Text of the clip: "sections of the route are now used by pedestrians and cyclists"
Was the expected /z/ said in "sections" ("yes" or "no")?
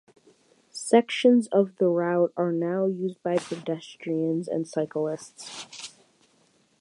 yes